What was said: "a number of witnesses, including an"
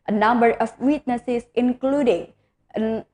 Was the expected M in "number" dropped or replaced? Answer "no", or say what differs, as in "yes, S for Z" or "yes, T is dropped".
no